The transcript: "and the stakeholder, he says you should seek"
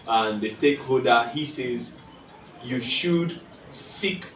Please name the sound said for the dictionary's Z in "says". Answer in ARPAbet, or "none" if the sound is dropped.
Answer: Z